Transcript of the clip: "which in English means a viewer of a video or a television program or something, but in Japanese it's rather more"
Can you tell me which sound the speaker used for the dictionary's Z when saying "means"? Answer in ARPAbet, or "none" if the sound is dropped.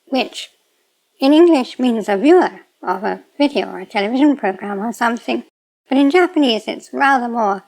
Z